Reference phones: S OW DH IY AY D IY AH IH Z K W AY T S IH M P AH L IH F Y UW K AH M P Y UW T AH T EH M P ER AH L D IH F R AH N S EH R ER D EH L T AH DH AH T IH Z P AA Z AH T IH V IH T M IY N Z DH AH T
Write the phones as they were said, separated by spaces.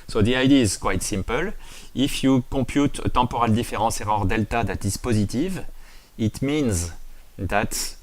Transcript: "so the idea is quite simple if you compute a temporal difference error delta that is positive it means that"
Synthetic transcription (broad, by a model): S OW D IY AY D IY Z K W AY T S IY M P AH L IH F Y UW K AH P Y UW T AH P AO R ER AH L D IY F R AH S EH R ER D EH L T AH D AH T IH S P AA Z AH T IH V IH T M IY N Z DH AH T